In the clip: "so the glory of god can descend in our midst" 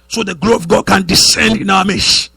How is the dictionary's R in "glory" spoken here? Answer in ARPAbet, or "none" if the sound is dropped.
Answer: none